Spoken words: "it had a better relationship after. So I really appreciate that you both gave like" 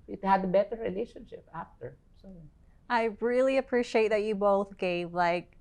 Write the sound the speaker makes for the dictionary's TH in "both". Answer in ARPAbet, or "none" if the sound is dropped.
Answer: TH